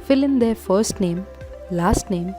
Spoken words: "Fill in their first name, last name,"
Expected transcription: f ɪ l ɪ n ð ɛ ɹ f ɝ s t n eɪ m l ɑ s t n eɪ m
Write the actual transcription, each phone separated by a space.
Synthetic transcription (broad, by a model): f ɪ l ɪ n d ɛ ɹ f ɝ s t n eɪ m l ɑ s t n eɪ m